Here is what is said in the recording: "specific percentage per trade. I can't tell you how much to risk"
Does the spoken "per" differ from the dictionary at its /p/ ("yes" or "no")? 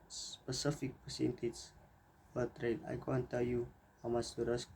yes